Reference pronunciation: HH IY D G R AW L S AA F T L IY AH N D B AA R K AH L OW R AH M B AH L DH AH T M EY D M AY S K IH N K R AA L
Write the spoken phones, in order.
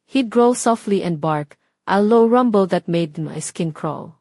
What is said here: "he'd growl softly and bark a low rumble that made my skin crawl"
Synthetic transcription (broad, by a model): HH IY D G R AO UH S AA F T L IY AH N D B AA R K AH L OW R AH M B AH L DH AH T M EY D M AY S K IH N K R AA L